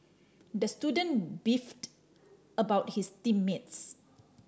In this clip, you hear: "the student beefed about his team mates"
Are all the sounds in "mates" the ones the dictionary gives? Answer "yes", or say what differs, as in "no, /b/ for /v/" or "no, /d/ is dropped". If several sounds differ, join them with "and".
yes